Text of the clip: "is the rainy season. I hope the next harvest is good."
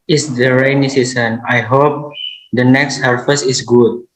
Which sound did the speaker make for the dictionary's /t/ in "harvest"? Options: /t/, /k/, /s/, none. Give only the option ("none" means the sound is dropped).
none